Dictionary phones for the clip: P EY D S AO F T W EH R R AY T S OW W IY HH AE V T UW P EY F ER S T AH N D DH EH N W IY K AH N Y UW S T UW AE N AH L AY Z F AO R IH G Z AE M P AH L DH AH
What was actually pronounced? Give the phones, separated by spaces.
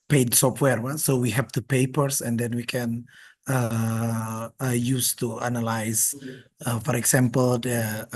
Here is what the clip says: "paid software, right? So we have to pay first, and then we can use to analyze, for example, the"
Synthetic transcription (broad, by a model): P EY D S AO F T W EH R W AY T S OW W IY HH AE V T UW P EY P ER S AH N D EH N W IY K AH N Y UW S T UW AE N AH L AY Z F AO R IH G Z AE M P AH L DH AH